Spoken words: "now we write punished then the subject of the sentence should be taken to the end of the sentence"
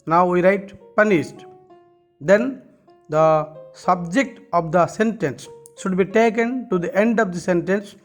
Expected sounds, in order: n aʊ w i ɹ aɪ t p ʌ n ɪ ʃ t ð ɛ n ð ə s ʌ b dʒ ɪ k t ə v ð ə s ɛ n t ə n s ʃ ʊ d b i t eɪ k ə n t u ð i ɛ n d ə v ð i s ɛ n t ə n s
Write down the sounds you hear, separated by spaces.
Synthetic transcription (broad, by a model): n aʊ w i ɹ aɪ t p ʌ n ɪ s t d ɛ n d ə s ʌ b dʒ ɪ k t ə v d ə s ɛ n t ə n s ʃ ʊ d b i t eɪ k ə n t u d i ɛ n d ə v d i s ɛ n t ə n s